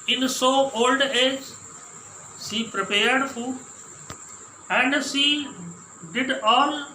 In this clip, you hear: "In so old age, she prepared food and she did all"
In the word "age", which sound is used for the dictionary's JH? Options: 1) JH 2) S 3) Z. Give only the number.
1